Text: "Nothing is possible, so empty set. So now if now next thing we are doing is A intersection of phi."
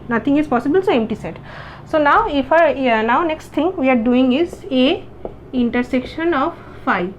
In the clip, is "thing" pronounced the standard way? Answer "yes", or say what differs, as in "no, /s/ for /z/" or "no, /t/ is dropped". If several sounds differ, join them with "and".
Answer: no, /t/ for /θ/